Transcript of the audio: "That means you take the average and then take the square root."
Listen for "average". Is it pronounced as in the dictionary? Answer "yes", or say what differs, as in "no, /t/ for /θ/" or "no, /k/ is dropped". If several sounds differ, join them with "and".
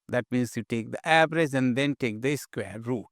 no, /b/ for /v/